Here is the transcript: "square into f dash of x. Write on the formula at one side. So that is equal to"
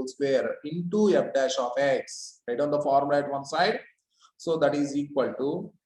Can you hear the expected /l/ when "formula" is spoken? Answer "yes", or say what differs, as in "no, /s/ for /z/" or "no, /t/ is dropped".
no, /l/ is dropped